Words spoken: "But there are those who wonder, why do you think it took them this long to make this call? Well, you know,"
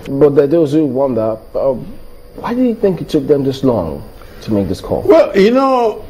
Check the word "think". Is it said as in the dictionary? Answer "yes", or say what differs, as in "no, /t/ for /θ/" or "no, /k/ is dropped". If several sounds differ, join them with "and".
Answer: yes